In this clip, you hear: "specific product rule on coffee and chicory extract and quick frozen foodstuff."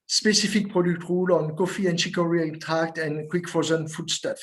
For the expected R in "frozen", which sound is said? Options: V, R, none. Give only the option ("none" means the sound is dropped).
none